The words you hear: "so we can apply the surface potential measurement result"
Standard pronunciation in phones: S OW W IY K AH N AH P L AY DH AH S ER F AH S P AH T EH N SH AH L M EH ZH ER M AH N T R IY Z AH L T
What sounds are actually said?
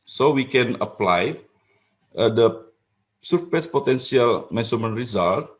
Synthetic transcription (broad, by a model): S OW W IY K AH N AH P L AY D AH S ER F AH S P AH T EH N S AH L M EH S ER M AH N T R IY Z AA L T